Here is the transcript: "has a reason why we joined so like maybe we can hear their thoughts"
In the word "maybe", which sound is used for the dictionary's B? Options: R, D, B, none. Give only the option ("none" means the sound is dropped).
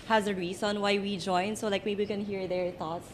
none